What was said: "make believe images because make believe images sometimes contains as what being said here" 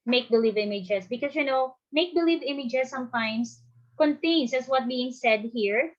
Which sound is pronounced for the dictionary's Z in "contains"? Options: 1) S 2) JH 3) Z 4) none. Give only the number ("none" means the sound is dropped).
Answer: 1